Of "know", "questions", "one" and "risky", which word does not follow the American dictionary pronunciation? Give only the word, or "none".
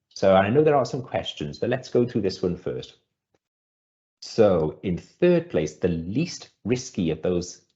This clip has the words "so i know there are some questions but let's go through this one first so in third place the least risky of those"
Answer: none